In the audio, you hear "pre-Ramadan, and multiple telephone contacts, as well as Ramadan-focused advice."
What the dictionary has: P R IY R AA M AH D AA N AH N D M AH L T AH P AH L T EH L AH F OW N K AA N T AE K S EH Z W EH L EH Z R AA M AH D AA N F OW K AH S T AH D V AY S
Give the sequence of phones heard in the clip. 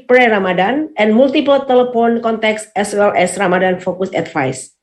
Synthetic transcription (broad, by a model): P R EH R AA M AH D AA N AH N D M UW L T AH P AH L T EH L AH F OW N K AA N T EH K S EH S W EH L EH S R AA M AH D AA N F OW K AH S AH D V AY S